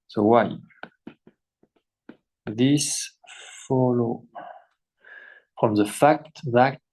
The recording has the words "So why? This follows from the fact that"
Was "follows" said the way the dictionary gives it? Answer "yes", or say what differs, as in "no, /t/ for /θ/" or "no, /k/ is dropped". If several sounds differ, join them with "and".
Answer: no, /z/ is dropped